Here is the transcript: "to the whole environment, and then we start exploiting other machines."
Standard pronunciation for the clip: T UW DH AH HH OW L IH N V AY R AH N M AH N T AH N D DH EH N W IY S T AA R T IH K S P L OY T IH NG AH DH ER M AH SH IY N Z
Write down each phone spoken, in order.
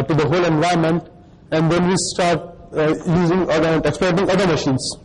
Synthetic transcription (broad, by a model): T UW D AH HH OW L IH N V AY AH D M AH N T AH N D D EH N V IY S T AA R T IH K S P L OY T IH NG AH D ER M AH SH IY N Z